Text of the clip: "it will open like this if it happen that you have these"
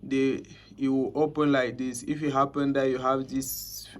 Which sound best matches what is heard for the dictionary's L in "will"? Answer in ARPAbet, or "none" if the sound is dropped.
W